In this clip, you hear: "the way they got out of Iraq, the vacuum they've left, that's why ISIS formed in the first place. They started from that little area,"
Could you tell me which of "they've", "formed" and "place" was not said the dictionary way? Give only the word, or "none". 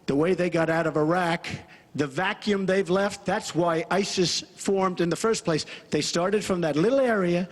none